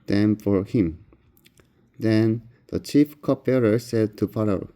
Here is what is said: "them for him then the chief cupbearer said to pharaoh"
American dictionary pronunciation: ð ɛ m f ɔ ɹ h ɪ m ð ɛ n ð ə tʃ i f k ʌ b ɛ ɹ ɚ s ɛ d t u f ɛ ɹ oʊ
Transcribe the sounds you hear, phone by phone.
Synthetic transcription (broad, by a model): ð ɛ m f ɔ ɹ h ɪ m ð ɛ n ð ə tʃ i f k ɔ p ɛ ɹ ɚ s ɛ d t u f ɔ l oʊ